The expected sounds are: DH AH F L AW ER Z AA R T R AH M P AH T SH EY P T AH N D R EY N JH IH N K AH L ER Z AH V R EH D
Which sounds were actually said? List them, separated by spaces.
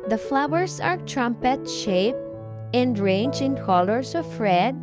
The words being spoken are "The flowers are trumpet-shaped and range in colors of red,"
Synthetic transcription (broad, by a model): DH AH F L AW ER S AA R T R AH M P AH T SH EY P AH N D R EY N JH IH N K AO L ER S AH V R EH D